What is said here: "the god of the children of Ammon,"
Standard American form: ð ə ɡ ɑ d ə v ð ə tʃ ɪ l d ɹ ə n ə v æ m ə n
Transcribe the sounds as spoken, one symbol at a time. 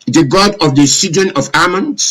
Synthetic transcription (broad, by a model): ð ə ɡ ɑ d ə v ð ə s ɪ d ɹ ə n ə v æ m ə n